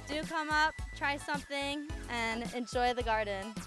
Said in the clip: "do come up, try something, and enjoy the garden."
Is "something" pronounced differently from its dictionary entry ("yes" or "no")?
no